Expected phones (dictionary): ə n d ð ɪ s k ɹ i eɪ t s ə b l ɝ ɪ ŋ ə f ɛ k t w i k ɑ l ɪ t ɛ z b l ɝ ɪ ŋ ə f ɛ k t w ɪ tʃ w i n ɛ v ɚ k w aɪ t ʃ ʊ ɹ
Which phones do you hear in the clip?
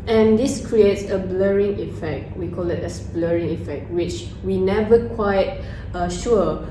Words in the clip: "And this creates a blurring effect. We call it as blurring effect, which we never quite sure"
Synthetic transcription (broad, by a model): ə n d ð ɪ s k ɹ i eɪ t s ə b l ɝ ɪ ŋ ə f ɛ k t w i k ɑ l ɪ t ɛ s b l ɝ ɪ ŋ ə f ɛ k t w ɪ tʃ w i n ɛ v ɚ k w aɪ t ʃ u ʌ